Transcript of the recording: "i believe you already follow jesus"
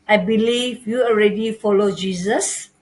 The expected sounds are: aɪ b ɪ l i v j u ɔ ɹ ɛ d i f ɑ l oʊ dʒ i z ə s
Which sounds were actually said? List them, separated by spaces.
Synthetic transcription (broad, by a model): aɪ b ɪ l i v j u ɔ ɹ ɛ d i f ɑ l oʊ dʒ i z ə s